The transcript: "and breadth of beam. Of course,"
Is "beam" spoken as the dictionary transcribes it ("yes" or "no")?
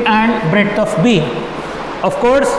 no